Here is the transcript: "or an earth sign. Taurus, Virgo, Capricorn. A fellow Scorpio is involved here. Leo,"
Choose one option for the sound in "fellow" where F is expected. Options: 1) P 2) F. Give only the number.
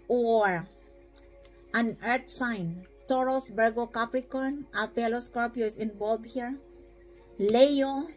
1